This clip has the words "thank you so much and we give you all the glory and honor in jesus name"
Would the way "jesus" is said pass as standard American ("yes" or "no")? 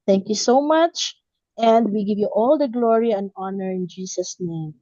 no